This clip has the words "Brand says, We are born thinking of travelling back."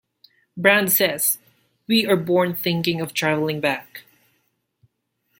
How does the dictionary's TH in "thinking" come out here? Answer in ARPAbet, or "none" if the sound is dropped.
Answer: TH